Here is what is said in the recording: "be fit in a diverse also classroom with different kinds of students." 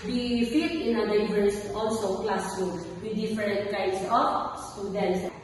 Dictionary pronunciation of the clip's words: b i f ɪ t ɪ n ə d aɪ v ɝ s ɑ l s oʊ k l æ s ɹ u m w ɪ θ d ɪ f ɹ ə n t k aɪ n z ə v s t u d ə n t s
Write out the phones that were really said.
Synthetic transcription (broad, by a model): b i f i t ɪ n ə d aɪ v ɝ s ɑ l s oʊ k l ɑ s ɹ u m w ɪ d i f ɹ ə n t k aɪ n s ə f s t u d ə n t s